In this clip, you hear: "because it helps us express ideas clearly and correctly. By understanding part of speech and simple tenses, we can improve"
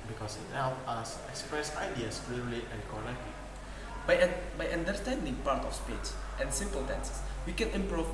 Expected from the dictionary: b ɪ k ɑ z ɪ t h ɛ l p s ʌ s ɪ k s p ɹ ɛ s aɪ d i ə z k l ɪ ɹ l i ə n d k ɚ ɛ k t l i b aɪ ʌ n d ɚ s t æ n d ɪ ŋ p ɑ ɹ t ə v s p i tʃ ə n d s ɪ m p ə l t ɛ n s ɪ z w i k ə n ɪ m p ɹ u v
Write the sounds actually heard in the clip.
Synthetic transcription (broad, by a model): b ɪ k ɑ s ɪ t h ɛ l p ɑ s ɪ k s p ɹ ɛ s aɪ d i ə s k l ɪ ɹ l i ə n k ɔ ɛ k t l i b aɪ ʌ n d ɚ s t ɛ n d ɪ ŋ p ɑ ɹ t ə f s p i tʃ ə n s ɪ m p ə l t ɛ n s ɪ s w i k ə n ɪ m p ɹ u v